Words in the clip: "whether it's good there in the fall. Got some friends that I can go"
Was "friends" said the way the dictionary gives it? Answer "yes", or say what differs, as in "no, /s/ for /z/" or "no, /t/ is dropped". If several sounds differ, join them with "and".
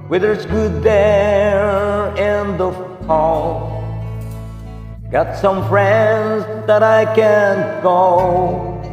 yes